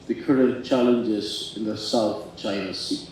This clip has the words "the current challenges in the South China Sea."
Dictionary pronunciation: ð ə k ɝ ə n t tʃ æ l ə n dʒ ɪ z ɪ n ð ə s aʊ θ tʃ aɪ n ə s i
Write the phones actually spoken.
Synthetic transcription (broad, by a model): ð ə k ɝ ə n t tʃ æ l ə n dʒ ɪ z ɪ n ð ə s aʊ θ tʃ aɪ n ə s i